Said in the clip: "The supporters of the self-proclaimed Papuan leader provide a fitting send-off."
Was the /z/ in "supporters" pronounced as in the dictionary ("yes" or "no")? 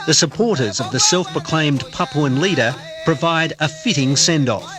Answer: yes